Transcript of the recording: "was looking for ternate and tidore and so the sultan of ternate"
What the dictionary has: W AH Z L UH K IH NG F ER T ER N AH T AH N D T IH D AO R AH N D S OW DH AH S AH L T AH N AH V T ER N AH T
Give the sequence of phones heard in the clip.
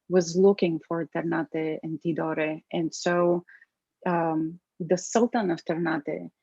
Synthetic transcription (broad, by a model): W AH Z L UH K IH NG F ER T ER N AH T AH N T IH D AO R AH N S OW DH AH S AH L T AH N AH V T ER N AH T